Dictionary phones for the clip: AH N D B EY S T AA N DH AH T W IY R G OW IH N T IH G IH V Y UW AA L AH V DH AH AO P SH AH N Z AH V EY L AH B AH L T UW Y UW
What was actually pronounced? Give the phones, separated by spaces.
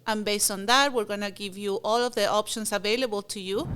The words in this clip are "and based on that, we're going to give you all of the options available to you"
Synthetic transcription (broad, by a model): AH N B EY S T AA N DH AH T W IY R G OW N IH G IH V Y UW AA L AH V DH AH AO P SH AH N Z AH V EY L AH B AH L T UW Y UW